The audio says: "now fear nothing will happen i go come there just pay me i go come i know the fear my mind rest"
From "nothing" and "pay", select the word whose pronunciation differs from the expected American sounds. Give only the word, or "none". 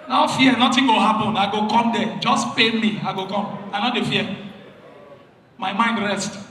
nothing